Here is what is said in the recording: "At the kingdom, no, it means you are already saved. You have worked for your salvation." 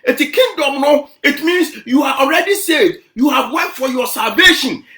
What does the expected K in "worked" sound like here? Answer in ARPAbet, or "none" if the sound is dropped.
none